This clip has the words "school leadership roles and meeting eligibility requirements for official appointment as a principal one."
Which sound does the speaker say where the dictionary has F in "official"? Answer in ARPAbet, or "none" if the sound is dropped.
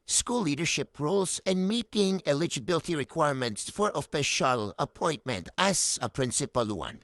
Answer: P